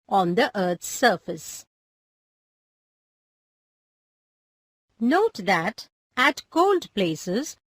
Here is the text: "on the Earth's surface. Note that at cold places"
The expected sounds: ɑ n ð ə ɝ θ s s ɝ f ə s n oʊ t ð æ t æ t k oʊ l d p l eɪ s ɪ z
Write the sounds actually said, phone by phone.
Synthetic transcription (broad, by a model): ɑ n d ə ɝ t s s ɝ f ə s n oʊ t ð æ t æ t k oʊ l d p l eɪ s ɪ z